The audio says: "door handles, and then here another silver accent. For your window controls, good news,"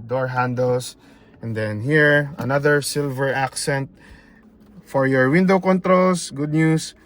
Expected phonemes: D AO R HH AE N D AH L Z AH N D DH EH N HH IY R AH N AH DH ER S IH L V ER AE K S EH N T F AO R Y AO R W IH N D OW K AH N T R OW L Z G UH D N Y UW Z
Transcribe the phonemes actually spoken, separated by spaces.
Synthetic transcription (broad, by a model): D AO R HH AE N D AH L S AH N D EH N HH IY R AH N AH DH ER S IH L V ER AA K S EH N T F AO R Y AO R W IH N D OW K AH N T R OW L S G UH D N Y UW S